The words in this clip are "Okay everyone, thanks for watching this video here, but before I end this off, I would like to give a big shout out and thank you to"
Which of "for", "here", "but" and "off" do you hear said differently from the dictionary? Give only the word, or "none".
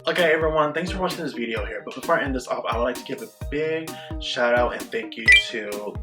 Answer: off